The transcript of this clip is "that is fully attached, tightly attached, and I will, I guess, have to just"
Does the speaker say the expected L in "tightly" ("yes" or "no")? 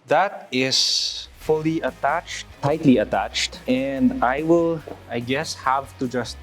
yes